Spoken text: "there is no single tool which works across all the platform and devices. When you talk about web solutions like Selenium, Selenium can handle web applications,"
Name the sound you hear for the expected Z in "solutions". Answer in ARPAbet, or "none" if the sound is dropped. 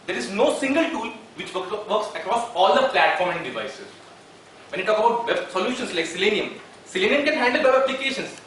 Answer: S